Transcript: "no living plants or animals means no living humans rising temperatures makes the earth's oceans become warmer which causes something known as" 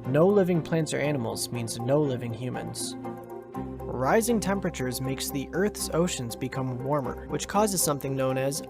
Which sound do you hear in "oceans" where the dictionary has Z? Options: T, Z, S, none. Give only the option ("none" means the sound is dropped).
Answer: Z